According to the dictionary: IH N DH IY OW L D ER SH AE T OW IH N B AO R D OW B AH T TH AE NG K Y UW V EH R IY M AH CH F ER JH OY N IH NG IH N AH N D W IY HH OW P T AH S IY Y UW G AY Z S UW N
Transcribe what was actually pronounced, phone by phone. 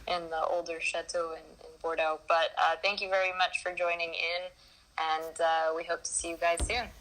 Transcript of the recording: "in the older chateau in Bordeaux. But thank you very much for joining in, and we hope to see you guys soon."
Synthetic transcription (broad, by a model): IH N DH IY OW L D ER SH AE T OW IH N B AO R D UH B AH T TH AE NG K Y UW V EH R IY M AH CH F ER JH OY N IH NG IH N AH N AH W IY HH OW P T AH S IY Y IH G AY Z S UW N